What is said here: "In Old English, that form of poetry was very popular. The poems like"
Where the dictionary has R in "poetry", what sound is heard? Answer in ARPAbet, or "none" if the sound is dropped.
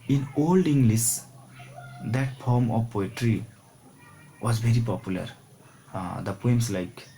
R